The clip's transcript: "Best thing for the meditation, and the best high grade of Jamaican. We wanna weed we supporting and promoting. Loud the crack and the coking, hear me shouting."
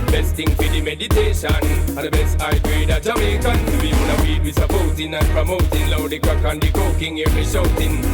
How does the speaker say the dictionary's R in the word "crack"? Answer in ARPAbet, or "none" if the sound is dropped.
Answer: none